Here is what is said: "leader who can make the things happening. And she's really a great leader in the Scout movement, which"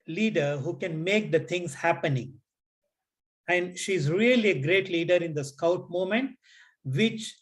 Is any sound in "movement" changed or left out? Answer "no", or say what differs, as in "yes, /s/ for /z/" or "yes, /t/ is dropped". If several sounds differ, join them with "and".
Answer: yes, /v/ is dropped